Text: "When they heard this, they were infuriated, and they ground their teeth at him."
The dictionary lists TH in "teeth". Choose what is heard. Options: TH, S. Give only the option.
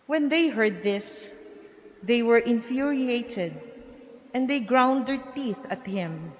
TH